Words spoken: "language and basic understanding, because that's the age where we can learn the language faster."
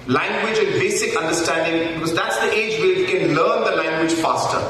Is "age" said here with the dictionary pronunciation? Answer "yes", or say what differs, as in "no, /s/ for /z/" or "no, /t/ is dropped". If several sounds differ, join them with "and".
yes